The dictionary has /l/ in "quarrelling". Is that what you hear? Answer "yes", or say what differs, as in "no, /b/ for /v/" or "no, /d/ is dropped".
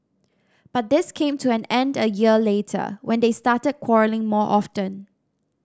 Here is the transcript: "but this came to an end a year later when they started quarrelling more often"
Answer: yes